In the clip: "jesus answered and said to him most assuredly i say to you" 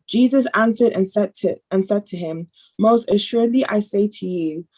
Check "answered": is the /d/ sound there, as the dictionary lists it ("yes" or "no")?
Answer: yes